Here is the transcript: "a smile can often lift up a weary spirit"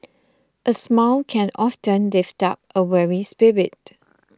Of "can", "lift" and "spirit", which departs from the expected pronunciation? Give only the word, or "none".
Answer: none